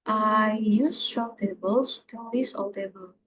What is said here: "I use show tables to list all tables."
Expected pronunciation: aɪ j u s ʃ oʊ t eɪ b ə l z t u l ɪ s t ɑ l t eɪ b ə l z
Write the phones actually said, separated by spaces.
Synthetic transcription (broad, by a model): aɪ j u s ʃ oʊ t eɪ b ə l s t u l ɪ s ɑ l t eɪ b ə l